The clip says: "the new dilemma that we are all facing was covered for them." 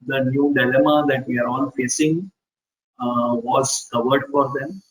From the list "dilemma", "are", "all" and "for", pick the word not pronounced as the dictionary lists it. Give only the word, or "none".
all